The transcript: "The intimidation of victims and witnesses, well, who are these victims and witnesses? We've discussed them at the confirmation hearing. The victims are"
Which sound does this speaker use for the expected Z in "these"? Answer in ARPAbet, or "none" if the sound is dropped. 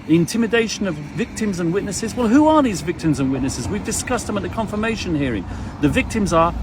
Z